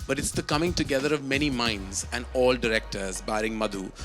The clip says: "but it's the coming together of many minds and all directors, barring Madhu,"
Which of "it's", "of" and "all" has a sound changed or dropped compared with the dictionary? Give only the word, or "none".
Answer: none